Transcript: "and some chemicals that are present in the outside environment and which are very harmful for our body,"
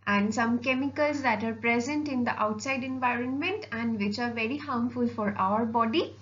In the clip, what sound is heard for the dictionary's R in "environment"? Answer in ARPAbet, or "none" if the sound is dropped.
R